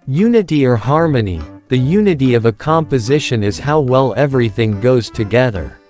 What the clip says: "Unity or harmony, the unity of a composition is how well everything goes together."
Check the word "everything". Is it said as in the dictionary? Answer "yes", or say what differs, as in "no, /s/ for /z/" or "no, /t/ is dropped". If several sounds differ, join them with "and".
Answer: yes